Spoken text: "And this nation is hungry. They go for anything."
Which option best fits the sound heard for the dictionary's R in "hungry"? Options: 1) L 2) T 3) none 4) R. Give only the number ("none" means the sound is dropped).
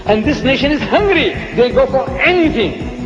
4